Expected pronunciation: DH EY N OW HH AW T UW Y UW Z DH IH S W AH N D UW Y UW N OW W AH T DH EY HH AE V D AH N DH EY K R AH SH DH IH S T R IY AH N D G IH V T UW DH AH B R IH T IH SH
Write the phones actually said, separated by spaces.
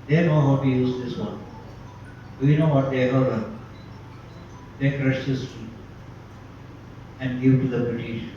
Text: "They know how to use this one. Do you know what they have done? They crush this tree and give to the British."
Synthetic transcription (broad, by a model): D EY N OW HH AW T UW Y UW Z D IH S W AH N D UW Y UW N OW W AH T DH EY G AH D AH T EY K R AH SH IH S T IY AH N D G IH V T UW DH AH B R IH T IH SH